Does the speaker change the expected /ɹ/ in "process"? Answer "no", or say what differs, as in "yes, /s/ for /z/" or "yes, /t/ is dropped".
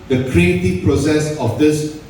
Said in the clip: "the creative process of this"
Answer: no